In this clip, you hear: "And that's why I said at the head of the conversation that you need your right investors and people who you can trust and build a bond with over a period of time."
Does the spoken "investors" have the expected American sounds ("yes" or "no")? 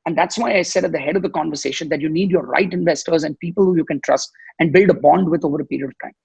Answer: yes